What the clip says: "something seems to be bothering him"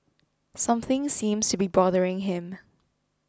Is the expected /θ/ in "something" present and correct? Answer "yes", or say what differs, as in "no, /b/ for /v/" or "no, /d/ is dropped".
yes